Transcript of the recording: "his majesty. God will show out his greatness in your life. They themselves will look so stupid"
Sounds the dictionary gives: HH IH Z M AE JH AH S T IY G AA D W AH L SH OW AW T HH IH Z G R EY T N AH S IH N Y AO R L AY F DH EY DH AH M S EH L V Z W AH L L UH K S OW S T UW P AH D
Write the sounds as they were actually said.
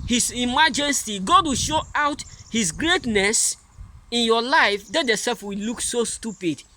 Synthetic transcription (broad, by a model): HH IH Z M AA JH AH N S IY G AA D W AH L SH OW AW T HH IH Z G R EY T N AH S IH N Y AO L AY F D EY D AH S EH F W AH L L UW K S OW S T UW P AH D